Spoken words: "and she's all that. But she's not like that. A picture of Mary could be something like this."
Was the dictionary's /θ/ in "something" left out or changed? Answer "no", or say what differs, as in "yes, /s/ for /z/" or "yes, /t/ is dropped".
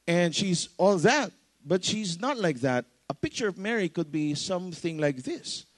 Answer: no